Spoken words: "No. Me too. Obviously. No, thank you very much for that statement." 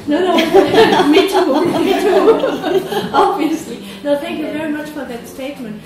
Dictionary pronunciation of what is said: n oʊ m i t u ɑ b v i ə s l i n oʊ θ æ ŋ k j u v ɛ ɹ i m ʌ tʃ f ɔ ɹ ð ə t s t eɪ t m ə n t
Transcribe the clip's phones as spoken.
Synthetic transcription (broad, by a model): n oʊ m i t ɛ ɑ b v i ə s l i n oʊ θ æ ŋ k j u v ɛ ɹ i m ʌ tʃ f ɔ ɹ ð ə t s t eɪ t m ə n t